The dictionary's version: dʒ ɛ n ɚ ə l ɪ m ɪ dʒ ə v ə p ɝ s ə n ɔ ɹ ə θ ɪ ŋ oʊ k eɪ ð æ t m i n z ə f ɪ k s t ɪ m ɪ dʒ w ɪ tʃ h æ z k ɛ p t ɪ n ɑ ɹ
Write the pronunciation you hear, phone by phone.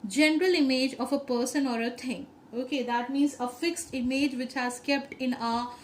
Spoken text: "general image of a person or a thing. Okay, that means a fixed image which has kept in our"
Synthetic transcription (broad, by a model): dʒ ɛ n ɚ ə l ɪ m ɪ dʒ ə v ə p ɝ s ə n ɔ ɹ ə t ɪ ŋ oʊ k eɪ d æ t m i n z ə f ɪ k s t ɪ m ɪ dʒ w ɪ tʃ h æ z k ɛ p t ɪ n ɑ